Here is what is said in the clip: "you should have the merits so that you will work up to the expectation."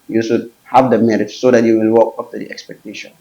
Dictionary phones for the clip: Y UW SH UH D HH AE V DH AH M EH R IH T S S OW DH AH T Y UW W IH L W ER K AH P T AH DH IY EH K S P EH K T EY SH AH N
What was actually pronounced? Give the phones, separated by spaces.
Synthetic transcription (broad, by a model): Y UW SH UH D HH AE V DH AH M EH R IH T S S OW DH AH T Y UW W IH L W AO K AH F T AH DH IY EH K S P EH K T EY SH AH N